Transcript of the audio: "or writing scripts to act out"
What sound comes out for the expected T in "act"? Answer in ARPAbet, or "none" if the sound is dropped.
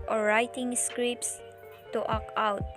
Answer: none